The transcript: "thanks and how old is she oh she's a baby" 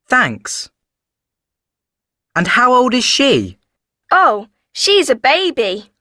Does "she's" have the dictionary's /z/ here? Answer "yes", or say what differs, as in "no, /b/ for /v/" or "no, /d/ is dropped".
yes